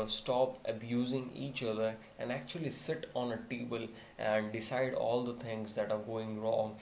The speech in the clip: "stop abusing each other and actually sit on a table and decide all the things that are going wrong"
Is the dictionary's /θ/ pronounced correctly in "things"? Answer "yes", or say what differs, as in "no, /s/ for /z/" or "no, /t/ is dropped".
no, /t/ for /θ/